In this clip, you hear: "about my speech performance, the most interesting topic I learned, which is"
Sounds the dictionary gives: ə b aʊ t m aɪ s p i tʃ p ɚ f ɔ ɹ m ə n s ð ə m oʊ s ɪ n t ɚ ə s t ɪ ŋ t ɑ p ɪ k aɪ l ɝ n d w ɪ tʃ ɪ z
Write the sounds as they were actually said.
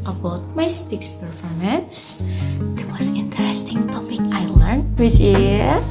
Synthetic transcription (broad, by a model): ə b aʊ t m aɪ s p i s p ɚ f ɔ ɹ m ə n s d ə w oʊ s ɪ n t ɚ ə s t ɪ ŋ t ɑ p ɪ k aɪ l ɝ n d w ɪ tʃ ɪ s